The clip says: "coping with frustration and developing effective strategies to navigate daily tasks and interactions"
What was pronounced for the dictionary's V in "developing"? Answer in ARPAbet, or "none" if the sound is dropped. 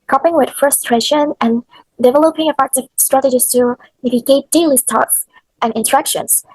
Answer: V